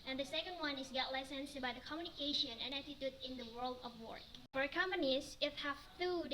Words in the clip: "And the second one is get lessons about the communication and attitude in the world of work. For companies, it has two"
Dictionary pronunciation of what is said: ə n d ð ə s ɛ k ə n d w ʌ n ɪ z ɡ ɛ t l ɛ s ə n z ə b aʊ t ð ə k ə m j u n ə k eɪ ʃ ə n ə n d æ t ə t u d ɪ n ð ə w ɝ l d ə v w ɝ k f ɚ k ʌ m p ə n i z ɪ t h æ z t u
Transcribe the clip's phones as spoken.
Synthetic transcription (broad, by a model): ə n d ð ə s ɛ k ə n d w ʌ n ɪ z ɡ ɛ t l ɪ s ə n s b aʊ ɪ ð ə k ə m j u n ə k eɪ ʃ ə n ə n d æ t ə t u d ɪ n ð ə w ɝ l d ə v w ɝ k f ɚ k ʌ m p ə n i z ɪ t h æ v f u